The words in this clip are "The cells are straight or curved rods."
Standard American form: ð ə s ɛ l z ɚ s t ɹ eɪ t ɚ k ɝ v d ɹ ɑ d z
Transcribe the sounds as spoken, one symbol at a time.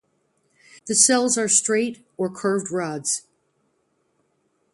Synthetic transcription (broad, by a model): ð ə s ɛ l z ɚ s t ɹ eɪ t ɚ k ɝ v d ɹ ɑ d z